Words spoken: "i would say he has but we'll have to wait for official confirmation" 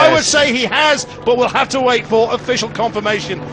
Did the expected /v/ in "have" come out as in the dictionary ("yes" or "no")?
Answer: no